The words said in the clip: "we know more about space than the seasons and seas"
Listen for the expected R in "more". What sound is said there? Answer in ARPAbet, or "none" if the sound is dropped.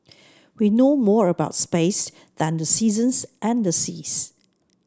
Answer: R